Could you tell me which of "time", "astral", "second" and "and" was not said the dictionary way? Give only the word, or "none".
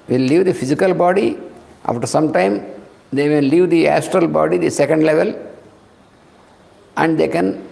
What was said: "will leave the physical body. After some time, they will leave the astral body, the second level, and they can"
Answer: none